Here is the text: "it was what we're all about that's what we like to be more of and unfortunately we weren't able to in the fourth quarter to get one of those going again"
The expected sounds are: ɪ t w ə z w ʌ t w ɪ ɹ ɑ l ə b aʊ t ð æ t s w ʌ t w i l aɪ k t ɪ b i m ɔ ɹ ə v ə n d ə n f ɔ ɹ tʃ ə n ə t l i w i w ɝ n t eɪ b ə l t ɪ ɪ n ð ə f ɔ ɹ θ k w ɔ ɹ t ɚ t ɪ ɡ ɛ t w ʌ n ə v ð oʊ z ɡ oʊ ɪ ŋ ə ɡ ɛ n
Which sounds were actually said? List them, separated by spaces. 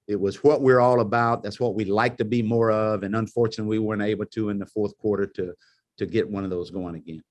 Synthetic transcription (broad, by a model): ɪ t w ə z w ʌ t w ɪ ɹ ɑ l ə b aʊ t ð æ t s w ʌ t w i l aɪ k t ɪ b i m ɔ ɹ ə v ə n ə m f ɔ ɹ tʃ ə n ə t w i w ɝ n t eɪ b l t ɪ ɪ n ð ə f ɔ ɹ θ k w ɔ ɹ t ɚ t ɪ ɡ ɛ t w ʌ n ə v ð oʊ z ɡ oʊ ɪ ŋ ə ɡ ɛ n